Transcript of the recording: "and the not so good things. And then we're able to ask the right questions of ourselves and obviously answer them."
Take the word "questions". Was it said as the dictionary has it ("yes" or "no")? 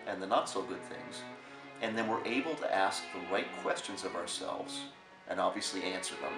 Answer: yes